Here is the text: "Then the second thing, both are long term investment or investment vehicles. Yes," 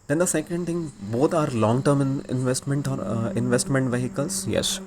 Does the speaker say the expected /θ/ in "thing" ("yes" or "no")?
no